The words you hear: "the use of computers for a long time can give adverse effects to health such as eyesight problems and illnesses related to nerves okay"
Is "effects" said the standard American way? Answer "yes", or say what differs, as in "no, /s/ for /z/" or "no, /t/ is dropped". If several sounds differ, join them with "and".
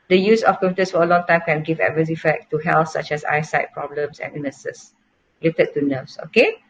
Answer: no, /s/ is dropped